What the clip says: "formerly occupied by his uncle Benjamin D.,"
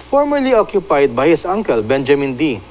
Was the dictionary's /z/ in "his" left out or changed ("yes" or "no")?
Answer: yes